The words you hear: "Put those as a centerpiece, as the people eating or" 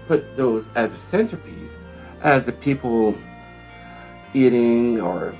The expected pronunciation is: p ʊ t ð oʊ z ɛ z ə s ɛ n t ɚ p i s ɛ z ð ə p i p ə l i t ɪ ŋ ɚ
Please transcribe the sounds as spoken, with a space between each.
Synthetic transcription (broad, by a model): p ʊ t ð oʊ z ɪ z ə s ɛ n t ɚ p i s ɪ z ð ə p i p l i t ɪ ŋ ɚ